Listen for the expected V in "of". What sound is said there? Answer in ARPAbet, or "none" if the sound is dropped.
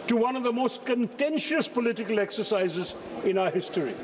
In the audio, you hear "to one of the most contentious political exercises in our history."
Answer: V